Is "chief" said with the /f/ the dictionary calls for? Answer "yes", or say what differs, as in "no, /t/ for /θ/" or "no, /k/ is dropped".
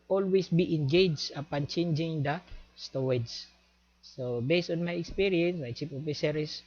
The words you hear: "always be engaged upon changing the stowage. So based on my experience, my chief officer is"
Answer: no, /p/ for /f/